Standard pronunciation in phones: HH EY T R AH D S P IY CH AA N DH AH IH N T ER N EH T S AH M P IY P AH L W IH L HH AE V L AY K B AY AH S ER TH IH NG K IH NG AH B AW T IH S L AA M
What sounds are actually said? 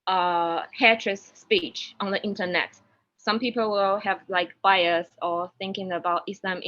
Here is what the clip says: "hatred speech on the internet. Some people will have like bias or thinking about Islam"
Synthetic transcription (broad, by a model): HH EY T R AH S P IY CH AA N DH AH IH N T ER N EH T S AH M P IY P AH L W IH L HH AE V L AY K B AY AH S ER TH IH NG K IH NG AH B AW T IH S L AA M